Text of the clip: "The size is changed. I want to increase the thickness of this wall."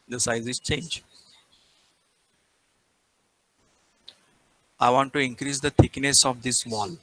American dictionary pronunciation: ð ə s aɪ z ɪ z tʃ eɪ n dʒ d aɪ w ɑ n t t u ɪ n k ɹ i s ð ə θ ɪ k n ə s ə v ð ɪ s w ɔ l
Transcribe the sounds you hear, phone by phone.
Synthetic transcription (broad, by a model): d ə s aɪ z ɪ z tʃ eɪ n dʒ aɪ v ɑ n t t u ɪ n k ɹ i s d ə t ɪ k n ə s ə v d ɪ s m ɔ l